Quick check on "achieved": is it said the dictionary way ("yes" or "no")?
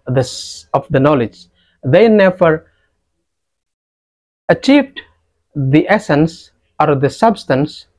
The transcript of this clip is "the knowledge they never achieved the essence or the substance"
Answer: yes